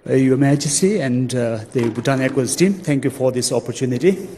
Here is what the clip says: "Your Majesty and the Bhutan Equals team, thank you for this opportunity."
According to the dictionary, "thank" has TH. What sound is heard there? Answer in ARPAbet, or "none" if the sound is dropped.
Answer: T